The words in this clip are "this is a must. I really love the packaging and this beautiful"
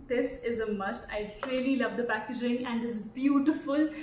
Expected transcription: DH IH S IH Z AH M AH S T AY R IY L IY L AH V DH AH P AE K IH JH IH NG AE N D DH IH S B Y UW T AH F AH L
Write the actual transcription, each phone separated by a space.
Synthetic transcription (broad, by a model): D IH S IH Z AH M AH S T AY L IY L IY L AH V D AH P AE K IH JH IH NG AE N D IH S B Y UW T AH F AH L